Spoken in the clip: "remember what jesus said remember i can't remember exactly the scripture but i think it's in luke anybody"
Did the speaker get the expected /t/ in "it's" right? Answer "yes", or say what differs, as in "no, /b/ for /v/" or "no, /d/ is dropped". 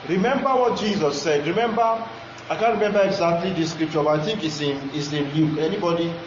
no, /s/ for /t/